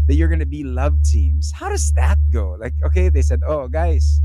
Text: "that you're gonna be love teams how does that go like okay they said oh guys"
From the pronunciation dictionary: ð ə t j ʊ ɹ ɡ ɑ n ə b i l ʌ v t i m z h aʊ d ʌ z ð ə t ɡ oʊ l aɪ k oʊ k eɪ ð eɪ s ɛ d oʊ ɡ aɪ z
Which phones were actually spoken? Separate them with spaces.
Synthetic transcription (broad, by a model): ð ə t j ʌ ɹ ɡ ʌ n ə b i l ʌ v t i m z h aʊ d ʌ z ð ə t ɡ oʊ l aɪ k oʊ k eɪ ð eɪ s ɛ d oʊ ɡ aɪ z